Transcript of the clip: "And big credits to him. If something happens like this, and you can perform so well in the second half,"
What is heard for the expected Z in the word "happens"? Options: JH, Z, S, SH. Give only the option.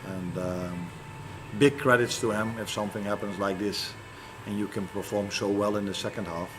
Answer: Z